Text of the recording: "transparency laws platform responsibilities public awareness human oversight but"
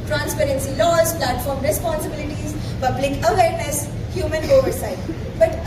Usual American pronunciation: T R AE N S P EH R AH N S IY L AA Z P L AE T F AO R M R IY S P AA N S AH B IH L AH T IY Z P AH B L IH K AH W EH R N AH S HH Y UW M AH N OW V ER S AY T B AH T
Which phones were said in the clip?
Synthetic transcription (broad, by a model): T R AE N S P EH R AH N S IY L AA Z P L AE T F AO R M R IY S P AA N S AH B IH L AH T IY Z B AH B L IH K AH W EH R N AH S HH Y UW M AH N OW V ER S AY T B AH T